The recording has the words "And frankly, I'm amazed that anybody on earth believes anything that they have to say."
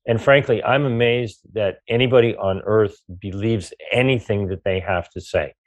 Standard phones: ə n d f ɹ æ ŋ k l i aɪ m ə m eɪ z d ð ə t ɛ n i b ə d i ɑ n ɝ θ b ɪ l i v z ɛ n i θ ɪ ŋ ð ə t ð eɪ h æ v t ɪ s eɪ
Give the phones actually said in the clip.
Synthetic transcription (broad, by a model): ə n f ɹ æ ŋ k l i aɪ m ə m eɪ z ð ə t ɛ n i b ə d i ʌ n ɝ θ b ɪ l i v z ɛ n i θ ɪ ŋ ð ə t ð eɪ h æ f t ɪ s eɪ